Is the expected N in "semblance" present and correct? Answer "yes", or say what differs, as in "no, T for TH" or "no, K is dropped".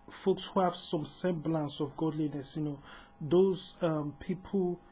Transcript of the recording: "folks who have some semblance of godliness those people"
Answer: yes